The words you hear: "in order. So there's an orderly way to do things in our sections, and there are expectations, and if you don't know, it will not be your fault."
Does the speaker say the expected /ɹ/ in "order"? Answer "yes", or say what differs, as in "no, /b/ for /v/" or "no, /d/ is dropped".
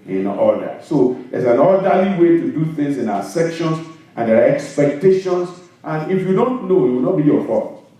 no, /l/ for /ɹ/